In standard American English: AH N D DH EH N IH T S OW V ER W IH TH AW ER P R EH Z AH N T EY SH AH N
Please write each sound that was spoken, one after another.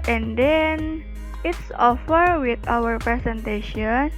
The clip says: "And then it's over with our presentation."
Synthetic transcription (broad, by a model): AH N D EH N IH T S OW F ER W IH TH AW ER P R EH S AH N T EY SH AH N